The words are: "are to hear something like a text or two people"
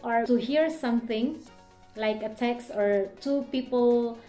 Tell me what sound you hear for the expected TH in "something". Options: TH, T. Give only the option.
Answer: T